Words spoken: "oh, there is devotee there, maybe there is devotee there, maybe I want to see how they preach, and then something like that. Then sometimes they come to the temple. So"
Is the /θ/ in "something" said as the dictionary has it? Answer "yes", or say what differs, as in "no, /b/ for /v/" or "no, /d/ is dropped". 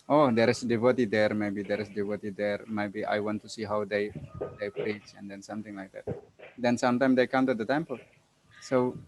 no, /t/ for /θ/